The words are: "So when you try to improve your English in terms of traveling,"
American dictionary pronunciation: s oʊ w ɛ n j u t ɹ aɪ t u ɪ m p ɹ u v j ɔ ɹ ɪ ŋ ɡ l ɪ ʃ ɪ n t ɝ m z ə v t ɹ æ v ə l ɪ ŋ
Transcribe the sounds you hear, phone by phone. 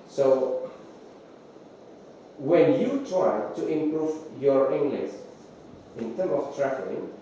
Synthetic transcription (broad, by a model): s oʊ w ɛ n j u t ɹ aɪ t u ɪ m p ɹ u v j ɔ ɹ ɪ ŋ ɡ l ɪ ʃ ɪ n t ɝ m ə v t ɹ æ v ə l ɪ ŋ